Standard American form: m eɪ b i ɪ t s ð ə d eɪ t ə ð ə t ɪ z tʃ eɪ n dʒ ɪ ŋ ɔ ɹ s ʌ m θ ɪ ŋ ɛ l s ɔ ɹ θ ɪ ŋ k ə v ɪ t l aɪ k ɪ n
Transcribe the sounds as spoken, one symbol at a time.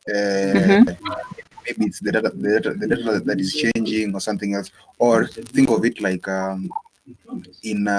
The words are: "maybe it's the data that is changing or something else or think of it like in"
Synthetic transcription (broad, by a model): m eɪ b i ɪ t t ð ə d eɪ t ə ð ə t ɪ z tʃ eɪ n dʒ ɪ ŋ ɔ ɹ s ʌ m θ ɪ ŋ ɛ l s ɔ ɹ θ ɪ ŋ k ə v ɪ t l aɪ k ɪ n